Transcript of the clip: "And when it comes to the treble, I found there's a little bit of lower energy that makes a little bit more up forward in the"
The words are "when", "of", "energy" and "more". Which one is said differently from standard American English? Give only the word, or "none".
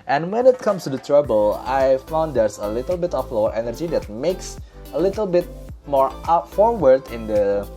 of